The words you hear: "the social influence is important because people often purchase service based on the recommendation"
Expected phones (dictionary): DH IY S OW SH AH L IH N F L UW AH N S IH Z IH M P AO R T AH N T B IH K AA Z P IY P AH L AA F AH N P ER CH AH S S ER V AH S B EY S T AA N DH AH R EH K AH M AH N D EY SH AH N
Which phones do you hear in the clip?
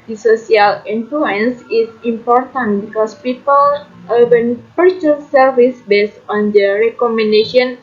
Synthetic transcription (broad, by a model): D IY S OW S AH L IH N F L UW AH N S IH S IH M P AO R T AH N T B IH K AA S P IY P AH L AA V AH N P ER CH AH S S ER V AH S B EY S T AA N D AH R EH K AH M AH N D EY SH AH N